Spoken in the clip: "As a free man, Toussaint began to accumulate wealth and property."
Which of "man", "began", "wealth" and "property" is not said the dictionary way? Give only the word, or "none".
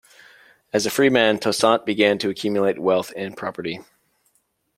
none